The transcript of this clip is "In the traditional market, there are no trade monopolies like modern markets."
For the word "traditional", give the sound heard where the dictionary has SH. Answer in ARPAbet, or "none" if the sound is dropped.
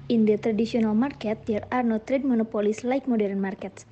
S